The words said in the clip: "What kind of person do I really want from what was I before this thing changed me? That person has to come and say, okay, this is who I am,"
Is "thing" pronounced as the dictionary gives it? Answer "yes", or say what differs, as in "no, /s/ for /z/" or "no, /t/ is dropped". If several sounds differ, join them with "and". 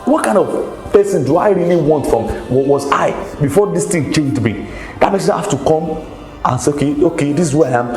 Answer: no, /t/ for /θ/